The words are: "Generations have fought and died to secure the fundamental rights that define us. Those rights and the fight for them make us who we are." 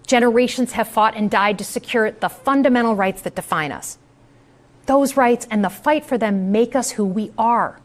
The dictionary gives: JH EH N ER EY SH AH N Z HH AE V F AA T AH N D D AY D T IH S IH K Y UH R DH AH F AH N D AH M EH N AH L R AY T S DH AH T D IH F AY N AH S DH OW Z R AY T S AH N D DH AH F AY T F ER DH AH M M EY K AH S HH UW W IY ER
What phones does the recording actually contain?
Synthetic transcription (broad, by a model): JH EH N ER EY SH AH N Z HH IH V F AA T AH N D D AY D T IH S IH K Y UH R DH AH F AH N D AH M EH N L R AY T S DH AH T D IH F AY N AH S DH OW Z R AY T S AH N DH AH F AY T F ER DH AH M M EY K AH S HH UW W IY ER